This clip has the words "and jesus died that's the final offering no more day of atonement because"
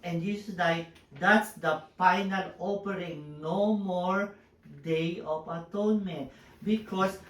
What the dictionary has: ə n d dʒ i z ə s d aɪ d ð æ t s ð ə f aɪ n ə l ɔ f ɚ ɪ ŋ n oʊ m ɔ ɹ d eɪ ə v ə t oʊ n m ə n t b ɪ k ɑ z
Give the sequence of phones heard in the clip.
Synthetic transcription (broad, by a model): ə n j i s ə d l aɪ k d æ t s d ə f aɪ n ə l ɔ p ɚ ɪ ŋ n oʊ m ɔ ɹ d eɪ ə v ə t oʊ n m ə n t b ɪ k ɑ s